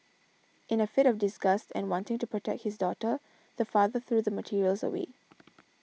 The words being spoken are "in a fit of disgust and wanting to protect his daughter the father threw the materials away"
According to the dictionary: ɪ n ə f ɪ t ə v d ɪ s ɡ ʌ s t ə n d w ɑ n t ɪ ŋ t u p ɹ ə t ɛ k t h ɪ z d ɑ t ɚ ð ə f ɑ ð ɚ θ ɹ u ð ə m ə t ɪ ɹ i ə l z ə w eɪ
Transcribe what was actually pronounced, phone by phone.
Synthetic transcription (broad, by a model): ɪ n ə f ɪ t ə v d ɪ s ɡ ʌ s t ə n w ɑ n t ɪ ŋ t u p ɹ ə t ɛ k t h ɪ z d ɑ t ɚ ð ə f ɑ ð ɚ θ ɹ u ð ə m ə t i ɹ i ə l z ə w eɪ